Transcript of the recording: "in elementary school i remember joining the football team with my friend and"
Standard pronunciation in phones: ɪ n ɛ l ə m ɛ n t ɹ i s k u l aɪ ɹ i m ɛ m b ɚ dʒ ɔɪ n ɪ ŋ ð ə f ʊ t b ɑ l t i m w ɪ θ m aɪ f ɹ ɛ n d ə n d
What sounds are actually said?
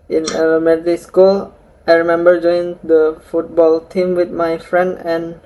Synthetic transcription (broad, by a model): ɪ n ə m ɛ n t i s k u l aɪ ɹ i m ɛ m b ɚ dʒ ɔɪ ɪ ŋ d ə f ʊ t b ɑ l t i m w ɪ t m aɪ f ɹ ɛ n d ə n